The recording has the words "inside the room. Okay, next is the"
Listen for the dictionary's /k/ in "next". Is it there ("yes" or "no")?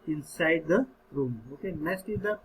no